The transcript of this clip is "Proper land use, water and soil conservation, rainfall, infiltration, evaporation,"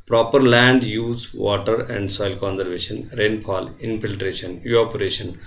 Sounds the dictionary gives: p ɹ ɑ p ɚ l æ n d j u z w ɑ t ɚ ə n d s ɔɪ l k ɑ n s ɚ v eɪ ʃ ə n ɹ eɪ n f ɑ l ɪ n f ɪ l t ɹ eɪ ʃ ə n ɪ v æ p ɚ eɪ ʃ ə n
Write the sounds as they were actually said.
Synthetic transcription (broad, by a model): p ɹ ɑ p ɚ l æ n d j u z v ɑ t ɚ ə n d s ɔɪ l k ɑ n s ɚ v eɪ ʃ ə n ɹ eɪ n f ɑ l ɪ n f ɪ l t ɹ eɪ ʃ ə n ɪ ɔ p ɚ eɪ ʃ ə n